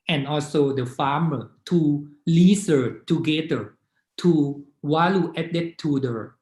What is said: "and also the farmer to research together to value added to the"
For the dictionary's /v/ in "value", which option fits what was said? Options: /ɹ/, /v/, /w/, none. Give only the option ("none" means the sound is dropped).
/w/